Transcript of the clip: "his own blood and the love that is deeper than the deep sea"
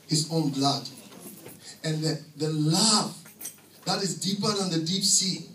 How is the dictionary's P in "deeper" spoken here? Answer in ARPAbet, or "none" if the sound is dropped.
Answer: P